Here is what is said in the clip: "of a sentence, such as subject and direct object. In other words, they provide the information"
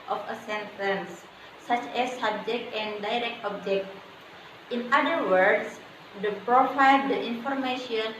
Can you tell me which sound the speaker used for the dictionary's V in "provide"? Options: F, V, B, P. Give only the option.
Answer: F